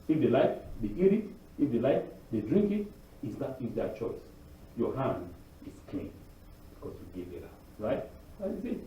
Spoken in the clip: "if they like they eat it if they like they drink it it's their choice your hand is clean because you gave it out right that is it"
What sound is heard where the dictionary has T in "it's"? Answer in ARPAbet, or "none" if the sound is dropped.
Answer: S